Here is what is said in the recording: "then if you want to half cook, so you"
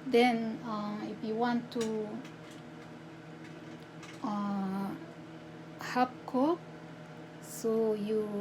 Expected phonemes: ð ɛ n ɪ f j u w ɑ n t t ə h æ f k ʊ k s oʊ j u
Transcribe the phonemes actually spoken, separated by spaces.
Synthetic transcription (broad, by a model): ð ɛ n ɪ f j u w ɑ n t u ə h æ p k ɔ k s oʊ j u